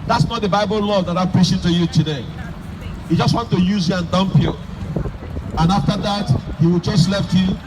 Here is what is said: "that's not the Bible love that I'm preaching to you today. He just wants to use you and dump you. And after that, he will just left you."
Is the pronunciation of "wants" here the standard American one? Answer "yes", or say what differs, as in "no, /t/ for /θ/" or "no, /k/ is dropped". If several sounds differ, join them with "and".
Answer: no, /s/ is dropped